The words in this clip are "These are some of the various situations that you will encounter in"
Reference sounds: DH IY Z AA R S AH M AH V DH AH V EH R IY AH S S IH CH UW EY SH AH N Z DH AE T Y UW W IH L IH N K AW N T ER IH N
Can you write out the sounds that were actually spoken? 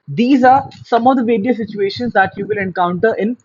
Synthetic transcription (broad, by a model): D IY Z AA R S AH M AH V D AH V EH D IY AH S S IH CH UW EY SH AH N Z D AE T Y UW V IH L IH N K AW N T ER IH N